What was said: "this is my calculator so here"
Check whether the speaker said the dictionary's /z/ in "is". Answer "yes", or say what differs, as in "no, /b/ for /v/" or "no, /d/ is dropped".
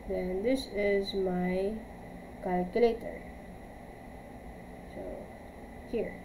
yes